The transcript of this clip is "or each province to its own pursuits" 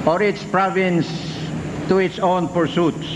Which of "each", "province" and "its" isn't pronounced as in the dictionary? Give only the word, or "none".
each